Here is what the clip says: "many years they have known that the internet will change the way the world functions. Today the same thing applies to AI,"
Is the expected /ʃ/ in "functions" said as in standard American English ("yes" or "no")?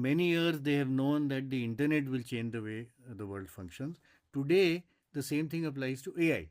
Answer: yes